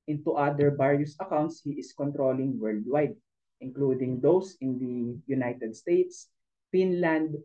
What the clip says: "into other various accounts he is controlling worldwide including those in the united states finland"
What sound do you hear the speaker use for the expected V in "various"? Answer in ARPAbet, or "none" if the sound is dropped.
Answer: B